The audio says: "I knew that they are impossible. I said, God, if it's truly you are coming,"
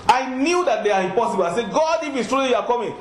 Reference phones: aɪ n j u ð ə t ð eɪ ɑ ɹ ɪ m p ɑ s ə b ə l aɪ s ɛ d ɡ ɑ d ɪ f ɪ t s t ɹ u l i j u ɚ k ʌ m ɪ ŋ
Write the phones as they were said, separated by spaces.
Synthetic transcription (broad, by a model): aɪ n j u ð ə t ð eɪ ɑ ɹ ɪ m p ɑ s ə b ə l aɪ s ɛ ɡ ɑ d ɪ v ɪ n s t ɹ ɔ i j u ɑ k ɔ m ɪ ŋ